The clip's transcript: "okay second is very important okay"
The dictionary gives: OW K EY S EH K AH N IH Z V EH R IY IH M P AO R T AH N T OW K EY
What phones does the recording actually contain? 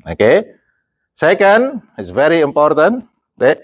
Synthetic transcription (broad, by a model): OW K EY S EH K AH N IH S V EH R IY IH M P AO R T AH N T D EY